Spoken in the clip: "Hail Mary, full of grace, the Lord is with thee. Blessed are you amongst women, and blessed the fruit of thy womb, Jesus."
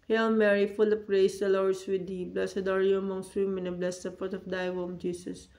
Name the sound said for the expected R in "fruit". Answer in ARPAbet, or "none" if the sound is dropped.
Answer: none